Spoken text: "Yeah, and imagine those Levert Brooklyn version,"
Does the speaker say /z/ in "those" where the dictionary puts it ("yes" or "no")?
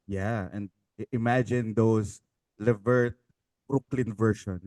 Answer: no